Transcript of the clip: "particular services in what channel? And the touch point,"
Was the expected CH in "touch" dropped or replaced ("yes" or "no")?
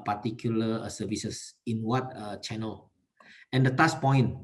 yes